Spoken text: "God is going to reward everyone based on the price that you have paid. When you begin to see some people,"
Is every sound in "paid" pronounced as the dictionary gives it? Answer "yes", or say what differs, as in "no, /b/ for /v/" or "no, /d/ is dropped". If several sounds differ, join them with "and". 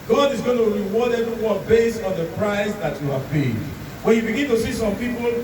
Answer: no, /b/ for /p/